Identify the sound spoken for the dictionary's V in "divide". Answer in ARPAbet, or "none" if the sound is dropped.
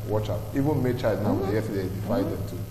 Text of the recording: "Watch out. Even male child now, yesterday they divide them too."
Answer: F